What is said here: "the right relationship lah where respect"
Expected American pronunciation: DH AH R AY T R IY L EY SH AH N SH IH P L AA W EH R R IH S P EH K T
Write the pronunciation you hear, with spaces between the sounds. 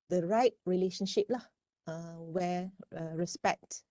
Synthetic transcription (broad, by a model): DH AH R AY T R IY L EY SH AH N SH IH P L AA W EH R R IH S P EH K T